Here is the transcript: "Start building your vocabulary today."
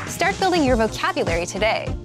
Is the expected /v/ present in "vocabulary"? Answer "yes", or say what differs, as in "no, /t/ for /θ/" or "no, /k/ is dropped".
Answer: yes